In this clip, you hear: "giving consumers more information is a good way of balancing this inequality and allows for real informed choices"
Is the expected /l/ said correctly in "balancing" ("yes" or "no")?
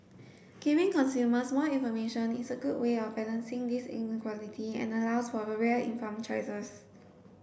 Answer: no